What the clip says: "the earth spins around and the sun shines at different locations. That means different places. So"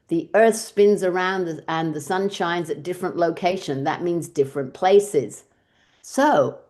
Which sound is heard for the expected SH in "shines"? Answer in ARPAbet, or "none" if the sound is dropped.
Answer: SH